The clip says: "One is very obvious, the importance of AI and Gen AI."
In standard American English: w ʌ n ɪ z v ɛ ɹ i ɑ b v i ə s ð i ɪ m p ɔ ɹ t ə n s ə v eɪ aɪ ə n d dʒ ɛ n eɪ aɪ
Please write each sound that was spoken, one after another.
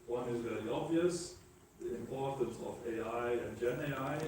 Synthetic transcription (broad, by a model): w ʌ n ɪ z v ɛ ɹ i ɑ b v i ə s ð i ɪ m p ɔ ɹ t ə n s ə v eɪ aɪ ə n dʒ ɛ n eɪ aɪ